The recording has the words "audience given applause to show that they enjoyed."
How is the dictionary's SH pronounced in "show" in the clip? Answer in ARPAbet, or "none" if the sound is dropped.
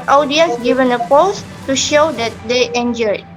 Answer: SH